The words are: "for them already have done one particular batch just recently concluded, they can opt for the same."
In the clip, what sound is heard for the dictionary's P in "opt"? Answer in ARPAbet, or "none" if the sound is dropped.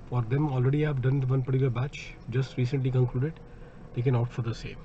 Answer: none